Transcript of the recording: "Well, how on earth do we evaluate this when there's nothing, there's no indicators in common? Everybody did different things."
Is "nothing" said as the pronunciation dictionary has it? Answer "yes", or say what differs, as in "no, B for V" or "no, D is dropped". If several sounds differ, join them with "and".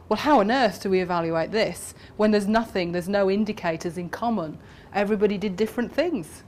yes